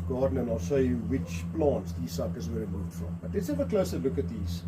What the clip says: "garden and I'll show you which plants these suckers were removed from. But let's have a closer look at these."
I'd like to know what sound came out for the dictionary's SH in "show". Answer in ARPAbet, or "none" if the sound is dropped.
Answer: S